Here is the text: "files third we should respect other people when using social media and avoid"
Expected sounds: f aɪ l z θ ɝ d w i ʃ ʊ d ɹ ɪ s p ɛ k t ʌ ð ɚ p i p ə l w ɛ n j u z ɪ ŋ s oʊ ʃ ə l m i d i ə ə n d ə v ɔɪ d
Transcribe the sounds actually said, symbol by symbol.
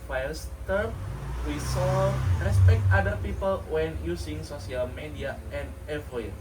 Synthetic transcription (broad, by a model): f aɪ l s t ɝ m w i s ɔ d ɹ ɪ s p ɛ k t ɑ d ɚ p i p ə l w ɛ n j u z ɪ ŋ s oʊ s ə l m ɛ d i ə ə n d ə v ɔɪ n